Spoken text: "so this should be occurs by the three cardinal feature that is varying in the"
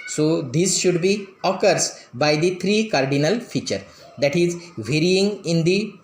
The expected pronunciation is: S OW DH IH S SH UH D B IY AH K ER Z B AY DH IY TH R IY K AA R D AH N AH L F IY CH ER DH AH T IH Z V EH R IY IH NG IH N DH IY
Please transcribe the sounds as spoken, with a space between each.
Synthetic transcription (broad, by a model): S OW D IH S SH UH D B IY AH K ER S B AY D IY T R IY K AA R D AH N AH L F IY CH ER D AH T IH Z V EH R IY IH NG IH N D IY